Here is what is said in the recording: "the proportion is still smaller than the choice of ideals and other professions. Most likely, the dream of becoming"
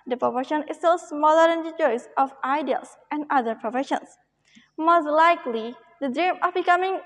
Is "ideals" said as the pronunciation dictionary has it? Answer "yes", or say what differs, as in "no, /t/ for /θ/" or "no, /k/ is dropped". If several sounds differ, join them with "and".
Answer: no, /s/ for /z/